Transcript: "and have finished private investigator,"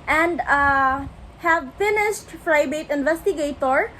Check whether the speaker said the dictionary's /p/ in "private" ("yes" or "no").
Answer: no